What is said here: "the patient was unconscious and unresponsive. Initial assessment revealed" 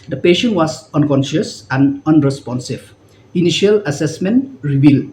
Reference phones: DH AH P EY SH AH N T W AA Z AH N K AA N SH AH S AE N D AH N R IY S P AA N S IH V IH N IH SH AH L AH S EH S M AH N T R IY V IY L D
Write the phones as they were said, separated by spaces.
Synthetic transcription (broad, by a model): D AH P EY SH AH N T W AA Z AH N K AA N SH AH S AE N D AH N R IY S P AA N S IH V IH N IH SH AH L AH S EH S M AH N T R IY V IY L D